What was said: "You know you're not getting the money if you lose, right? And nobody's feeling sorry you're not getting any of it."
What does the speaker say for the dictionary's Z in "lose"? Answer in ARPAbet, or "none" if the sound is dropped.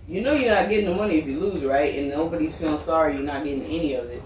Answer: Z